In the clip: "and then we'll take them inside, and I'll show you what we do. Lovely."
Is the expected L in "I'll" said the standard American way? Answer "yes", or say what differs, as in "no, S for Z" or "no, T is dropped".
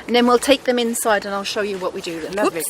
yes